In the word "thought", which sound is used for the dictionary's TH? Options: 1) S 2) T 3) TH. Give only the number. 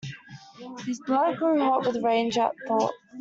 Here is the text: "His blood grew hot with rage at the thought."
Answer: 3